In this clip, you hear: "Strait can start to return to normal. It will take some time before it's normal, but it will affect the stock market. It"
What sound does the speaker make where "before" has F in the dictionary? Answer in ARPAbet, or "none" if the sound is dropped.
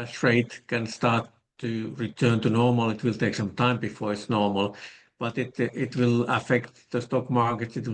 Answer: F